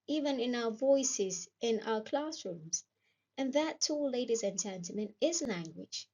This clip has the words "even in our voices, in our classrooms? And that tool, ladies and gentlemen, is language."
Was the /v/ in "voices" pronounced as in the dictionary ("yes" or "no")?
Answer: yes